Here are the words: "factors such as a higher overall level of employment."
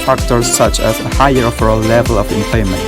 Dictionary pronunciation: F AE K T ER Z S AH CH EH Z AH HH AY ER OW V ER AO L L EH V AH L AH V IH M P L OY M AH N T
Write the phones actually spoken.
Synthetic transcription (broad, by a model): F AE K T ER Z S AH CH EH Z AH HH AY ER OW F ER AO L L EH V AH L AH V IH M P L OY M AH N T